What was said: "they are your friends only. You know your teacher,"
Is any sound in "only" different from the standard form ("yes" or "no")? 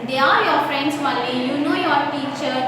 yes